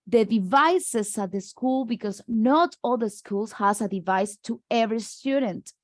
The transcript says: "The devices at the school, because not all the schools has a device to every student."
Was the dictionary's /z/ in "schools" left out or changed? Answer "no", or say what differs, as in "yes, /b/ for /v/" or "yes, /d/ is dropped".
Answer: yes, /s/ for /z/